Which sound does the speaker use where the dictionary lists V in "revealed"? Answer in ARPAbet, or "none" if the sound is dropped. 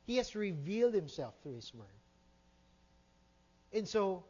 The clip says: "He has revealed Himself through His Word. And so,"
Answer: V